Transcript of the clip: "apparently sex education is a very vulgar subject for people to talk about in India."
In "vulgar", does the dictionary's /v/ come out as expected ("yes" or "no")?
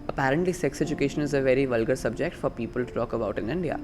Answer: yes